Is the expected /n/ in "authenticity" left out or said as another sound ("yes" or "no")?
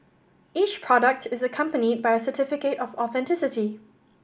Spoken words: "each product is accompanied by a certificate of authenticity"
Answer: no